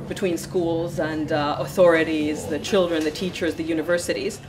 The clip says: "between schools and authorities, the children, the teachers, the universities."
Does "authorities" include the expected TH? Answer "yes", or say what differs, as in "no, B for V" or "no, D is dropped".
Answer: yes